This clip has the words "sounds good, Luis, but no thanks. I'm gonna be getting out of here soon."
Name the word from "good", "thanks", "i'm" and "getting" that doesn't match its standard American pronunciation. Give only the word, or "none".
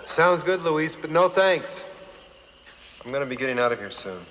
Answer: none